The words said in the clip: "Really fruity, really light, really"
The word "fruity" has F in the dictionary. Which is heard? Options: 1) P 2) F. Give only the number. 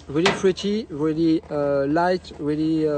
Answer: 1